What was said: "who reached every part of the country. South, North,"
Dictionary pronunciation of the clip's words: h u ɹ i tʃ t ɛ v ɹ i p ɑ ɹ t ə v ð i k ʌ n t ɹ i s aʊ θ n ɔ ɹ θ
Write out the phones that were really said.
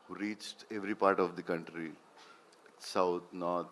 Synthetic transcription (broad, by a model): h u ɹ i tʃ t ɛ v ɹ i p ɑ ɹ t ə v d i k ʌ n t ɹ i s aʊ t n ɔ ɹ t